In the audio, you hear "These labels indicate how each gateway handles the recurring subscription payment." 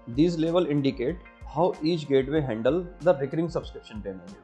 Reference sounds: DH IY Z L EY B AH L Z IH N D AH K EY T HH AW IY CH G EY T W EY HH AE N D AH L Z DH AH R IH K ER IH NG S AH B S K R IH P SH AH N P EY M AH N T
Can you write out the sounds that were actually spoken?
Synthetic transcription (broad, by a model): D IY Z L EY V AH L IH N D AH K EY T HH AW IY CH G EY T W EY HH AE N D AH L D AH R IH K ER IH NG S AH B S K R IH P SH AH N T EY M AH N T